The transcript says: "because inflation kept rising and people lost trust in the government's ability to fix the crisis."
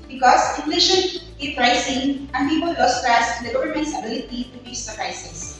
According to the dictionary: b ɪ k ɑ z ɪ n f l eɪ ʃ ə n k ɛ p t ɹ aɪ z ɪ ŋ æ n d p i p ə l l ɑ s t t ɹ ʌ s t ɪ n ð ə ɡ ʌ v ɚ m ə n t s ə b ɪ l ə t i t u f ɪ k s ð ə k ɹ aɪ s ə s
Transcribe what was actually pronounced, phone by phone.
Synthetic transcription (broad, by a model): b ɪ k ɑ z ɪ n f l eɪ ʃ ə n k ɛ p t ɹ aɪ s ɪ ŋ æ n d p i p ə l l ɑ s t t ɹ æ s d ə ɡ ʌ v ɚ m ə n t s ə b ɪ l ə t i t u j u s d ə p ɹ aɪ s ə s